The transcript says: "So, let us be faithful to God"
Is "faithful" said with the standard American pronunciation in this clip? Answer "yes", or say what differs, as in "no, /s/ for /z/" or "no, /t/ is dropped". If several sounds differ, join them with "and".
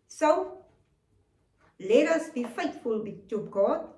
no, /t/ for /θ/